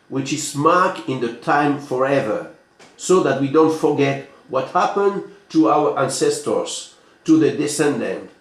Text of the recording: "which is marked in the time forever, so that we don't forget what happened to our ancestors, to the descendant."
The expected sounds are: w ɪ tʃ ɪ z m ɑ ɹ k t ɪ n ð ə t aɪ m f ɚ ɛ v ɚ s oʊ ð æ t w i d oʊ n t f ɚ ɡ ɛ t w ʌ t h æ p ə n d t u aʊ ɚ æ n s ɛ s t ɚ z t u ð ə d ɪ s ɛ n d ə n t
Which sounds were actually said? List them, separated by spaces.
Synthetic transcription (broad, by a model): w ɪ tʃ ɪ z m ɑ ɹ k ɪ n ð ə t aɪ m f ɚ ɛ v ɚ s oʊ ð æ t w i d oʊ n t f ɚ ɡ ɛ t w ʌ t h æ p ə n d t u aʊ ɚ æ n s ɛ s t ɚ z t u ð ə d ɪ s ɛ n d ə n t